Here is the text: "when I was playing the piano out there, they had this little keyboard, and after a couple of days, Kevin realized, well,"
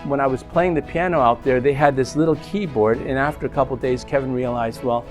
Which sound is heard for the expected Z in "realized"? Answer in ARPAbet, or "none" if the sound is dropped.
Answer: Z